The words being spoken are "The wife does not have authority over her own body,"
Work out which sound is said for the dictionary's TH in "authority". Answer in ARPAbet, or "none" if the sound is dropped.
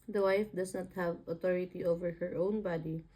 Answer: T